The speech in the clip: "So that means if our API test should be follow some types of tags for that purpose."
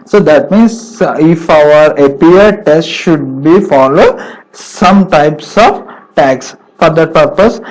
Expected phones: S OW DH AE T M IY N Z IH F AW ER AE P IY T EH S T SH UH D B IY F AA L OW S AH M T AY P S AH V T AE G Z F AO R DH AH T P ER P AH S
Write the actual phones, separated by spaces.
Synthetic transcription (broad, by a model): S OW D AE T M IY N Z IH F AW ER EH P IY T EH S T SH UH D B IY F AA L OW S AH M T AY P S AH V T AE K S F AO R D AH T P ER P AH S